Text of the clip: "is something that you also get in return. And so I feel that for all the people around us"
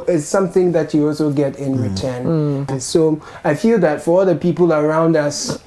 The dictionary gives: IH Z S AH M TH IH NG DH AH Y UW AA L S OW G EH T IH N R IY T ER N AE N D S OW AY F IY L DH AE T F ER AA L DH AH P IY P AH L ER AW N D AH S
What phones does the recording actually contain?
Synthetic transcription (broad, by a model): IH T S AH M TH IH NG DH AH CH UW AA L S OW G EH T IH N R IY T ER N N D S OW AY F IY L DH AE T F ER AA L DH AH P IY P AH L ER AW N D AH S